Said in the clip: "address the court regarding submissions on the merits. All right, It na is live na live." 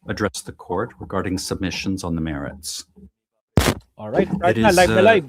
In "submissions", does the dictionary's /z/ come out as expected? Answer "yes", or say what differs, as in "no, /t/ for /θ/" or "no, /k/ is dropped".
yes